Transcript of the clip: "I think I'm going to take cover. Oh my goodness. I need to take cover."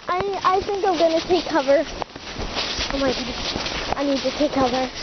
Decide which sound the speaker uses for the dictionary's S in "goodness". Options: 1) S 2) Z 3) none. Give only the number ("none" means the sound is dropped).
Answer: 3